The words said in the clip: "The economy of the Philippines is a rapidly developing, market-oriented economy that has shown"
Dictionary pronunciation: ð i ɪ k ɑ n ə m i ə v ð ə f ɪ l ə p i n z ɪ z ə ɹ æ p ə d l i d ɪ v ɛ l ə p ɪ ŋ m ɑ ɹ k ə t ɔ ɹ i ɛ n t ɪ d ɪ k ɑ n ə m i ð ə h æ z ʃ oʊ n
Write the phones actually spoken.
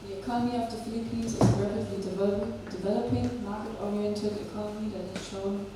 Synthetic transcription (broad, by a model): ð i ɪ k ɑ n ə m i ə v ð ə f ɪ l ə p i n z ɪ z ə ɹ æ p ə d l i d ɪ v ɛ l ə p ɪ ŋ m ɑ ɹ k ə t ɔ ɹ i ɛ n t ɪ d ɪ k ɑ n ə m i ð ə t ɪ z ʃ oʊ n